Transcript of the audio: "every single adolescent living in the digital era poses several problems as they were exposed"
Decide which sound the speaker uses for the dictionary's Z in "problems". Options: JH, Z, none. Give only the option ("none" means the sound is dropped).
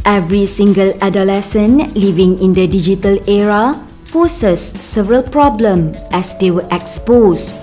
none